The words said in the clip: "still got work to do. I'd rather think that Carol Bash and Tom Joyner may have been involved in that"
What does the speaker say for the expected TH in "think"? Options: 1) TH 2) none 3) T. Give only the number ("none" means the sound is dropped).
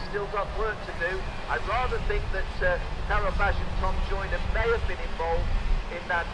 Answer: 1